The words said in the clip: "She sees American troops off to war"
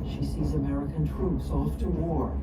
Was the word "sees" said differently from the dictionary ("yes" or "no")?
no